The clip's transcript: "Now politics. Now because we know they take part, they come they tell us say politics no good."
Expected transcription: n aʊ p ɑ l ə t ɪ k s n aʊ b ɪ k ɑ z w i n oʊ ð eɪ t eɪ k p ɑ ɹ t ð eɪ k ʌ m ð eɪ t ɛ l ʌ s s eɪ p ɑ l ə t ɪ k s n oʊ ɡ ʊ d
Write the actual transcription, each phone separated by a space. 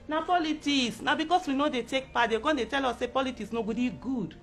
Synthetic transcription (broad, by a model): n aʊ p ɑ l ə t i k s n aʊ b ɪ k ɑ s w i n oʊ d eɪ t eɪ k p ɑ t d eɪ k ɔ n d eɪ t ɛ l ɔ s s eɪ p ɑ l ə t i k s n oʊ ɡ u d